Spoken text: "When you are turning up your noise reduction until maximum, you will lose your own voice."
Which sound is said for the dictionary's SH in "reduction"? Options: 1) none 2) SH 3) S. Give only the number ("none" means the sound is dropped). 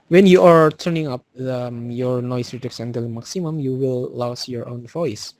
3